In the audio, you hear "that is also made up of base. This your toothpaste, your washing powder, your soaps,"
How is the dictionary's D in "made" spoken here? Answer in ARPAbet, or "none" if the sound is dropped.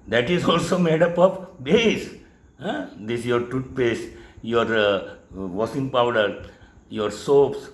D